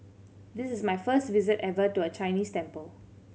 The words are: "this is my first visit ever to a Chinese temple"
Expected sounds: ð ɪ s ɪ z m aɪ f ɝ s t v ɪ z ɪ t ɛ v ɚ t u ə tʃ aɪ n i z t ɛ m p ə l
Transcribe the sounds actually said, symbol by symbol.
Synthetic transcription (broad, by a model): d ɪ s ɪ s m aɪ f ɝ s t v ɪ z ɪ t ɛ v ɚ t u ə tʃ aɪ n i s t ɛ m p ə l